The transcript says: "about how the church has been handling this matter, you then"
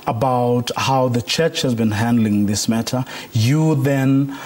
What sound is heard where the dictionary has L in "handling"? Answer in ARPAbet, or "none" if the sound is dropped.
L